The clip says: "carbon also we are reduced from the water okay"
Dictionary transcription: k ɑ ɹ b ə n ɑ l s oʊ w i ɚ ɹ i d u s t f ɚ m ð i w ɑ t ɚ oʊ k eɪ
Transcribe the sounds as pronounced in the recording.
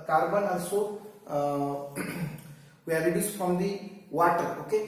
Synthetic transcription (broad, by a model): k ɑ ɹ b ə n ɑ s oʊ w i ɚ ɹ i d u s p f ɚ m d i w ɑ t ɚ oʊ k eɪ